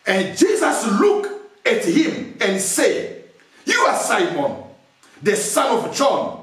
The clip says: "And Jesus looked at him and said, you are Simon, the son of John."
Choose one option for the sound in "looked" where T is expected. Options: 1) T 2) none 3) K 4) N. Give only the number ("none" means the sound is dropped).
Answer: 2